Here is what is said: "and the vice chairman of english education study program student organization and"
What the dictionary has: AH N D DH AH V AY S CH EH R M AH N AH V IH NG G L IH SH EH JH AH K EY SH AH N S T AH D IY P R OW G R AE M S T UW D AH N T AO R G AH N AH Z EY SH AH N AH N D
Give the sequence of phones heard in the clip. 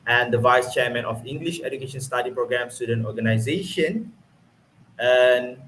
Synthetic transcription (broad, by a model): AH N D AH V AY S CH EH M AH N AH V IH NG G L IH SH EH JH AH K EY SH AH N S T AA D IY P R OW G R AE M S T UW D AH N T AO G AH N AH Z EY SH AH N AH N